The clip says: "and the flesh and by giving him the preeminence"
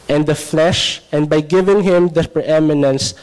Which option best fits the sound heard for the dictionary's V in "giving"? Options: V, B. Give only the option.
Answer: V